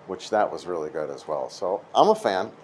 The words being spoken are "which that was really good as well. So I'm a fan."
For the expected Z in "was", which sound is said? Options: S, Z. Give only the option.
Z